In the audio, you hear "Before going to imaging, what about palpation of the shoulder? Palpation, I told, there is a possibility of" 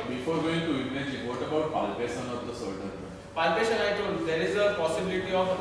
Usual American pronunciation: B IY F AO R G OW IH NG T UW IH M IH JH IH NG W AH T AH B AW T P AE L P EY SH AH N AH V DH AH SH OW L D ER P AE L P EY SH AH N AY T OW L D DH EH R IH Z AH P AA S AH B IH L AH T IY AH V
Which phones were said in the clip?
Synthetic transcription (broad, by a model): B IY F AO R G OW IH NG T UW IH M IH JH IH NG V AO T AH B AW T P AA L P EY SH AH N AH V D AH S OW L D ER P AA L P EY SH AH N AY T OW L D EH R IH Z AH P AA S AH B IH L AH T IY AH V